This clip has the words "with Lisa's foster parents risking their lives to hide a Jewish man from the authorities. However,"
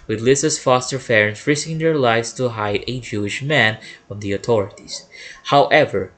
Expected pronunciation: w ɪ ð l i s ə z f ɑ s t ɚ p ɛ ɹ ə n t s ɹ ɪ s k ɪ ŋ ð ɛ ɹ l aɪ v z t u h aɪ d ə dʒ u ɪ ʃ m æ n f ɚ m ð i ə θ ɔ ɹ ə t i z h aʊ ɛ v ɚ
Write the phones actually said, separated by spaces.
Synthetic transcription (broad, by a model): w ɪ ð l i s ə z f ɑ s t ɚ f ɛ ɹ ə n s ɹ ɪ s k ɪ ŋ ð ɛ ɹ l aɪ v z t u h aɪ d ə dʒ u ɪ ʃ m æ n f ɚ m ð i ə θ ɔ ɹ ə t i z h aʊ ɛ v ɚ